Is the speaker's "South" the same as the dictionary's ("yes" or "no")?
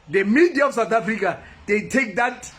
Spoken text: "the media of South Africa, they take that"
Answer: no